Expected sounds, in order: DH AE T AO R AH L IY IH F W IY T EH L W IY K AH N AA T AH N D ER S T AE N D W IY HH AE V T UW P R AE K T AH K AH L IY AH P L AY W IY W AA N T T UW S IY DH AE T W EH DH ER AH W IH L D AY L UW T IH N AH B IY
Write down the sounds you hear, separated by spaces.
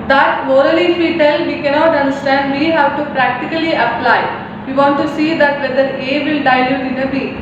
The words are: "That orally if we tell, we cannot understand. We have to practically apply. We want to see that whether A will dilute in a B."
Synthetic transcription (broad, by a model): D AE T AO R AH L IY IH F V IY T EH L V IY K AH N AA T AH N D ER S T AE N D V IY HH AE V T UW P R AE K T AH K AH L IY AH P L AY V IY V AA N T T UW S IY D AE T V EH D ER AH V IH L D AY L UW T IH N AH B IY